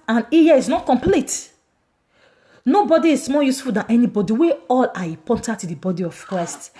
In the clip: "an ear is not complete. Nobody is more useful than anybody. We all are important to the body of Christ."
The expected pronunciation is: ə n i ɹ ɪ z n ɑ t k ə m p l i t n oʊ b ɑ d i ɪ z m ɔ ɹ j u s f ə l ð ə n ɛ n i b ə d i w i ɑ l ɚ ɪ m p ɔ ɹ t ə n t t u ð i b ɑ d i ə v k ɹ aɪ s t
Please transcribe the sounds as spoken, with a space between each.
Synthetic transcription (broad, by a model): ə n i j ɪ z n ɑ t k ə m p l i t n oʊ b ɑ d i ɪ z m ɔ j u s f ə l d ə n ɛ n i b ə d i w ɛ ɑ l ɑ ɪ p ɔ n t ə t t u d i b ɑ d i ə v k ɹ aɪ s t